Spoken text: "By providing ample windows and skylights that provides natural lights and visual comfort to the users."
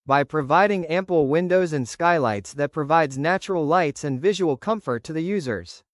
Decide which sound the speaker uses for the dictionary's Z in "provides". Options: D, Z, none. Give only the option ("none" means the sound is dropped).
Z